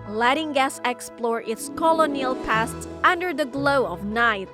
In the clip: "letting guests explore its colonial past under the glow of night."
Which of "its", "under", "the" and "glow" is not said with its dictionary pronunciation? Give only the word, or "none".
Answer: none